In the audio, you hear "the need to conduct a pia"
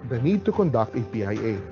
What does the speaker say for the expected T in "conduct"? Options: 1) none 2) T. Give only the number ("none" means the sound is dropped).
2